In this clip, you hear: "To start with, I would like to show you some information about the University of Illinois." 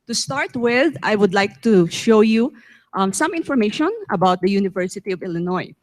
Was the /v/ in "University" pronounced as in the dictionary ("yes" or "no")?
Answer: yes